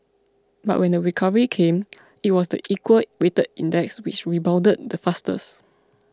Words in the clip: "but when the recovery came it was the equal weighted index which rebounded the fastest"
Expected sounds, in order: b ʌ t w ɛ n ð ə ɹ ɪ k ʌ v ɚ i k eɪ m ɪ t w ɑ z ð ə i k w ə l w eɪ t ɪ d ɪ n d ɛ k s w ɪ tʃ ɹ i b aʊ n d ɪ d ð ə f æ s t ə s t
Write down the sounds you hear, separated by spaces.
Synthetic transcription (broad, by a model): b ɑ t w ɛ n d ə ɹ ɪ k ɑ v ɚ i k eɪ m ɪ t w ɑ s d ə i k w ə l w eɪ t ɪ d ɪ n d ɛ k s w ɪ tʃ ɹ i b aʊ l d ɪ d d ə f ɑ s t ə s